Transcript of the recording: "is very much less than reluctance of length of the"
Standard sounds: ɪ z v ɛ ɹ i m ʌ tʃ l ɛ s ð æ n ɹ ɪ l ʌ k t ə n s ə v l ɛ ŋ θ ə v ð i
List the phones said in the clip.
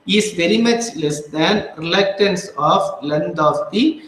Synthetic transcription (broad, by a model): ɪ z v ɛ ɹ i m ʌ tʃ l ɛ s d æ n ɹ ɪ l ʌ k t ə n s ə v l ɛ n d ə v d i